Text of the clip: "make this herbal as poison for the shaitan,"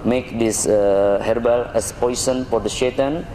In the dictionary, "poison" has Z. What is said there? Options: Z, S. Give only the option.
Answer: S